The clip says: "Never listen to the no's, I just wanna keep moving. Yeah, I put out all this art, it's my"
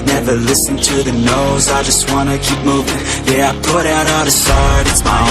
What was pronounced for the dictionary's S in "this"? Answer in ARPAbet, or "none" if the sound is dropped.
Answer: S